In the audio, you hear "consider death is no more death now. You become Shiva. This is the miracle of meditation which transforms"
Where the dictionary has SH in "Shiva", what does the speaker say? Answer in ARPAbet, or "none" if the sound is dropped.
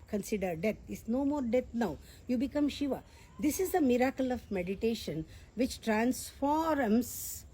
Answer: SH